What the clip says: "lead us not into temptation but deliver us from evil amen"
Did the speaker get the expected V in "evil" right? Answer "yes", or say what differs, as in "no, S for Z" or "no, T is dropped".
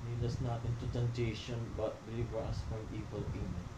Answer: no, W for V